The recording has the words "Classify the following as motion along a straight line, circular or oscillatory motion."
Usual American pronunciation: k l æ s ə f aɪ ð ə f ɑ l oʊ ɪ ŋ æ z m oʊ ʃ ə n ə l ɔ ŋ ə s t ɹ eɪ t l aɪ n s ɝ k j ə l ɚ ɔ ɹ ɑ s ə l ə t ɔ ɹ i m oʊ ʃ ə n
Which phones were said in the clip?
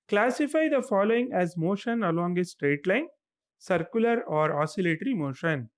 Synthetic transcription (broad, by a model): k l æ s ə f aɪ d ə f ɑ l oʊ ɪ ŋ æ z m oʊ ʃ ə n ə l ɔ ŋ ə s t ɹ eɪ t l aɪ n s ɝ k j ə l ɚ ɔ ɹ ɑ s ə l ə t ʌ ɹ i m oʊ ʃ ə n